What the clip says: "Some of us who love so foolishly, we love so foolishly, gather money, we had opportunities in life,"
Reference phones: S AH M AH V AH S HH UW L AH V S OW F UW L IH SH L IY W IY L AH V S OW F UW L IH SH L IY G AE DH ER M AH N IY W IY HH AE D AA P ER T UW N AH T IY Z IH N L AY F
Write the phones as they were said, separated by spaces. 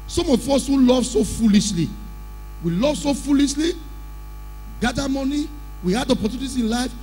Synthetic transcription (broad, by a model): S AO M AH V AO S HH UW L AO V S OW F UW L IH SH L IY W IY L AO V S OW F UW L IH SH L IY G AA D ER M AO N IY W IY HH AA D AA P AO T UW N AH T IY IH N L AY F